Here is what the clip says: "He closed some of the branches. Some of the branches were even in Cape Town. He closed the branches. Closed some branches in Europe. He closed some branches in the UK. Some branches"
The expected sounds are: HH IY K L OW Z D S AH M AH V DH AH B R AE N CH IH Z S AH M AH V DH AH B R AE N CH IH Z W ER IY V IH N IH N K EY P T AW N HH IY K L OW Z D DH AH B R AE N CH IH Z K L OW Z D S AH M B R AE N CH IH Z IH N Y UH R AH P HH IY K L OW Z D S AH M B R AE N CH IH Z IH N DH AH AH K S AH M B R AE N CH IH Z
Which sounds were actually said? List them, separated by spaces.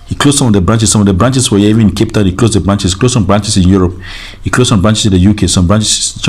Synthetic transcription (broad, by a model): HH IY K L OW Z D S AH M AH V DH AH B R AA N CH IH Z S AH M AH V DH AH B R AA N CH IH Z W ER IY IH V IH N K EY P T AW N HH IY K L OW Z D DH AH B R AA N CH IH S K L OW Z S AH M B R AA N CH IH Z IH N Y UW R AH P HH IY K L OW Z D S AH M B R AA N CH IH S IH N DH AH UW K S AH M B R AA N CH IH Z